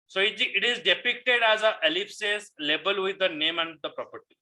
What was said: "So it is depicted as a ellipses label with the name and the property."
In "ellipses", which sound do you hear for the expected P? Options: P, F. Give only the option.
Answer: F